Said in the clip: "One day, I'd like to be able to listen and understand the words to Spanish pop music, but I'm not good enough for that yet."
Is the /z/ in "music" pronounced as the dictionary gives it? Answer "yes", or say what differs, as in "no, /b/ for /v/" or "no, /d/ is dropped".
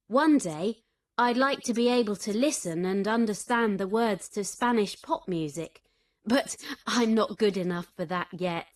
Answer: yes